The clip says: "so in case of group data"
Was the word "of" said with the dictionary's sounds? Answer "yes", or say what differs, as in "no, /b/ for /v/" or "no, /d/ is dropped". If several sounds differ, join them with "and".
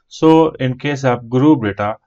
no, /p/ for /v/